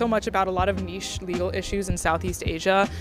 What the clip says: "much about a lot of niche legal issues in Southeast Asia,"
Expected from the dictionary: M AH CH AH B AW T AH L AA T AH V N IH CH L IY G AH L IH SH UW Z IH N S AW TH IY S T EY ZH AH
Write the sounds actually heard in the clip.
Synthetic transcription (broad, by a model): M AH CH AH B AW T AH L AA T AH V N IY SH L IY G L IH SH UW Z IH N S AW TH IY S T EY ZH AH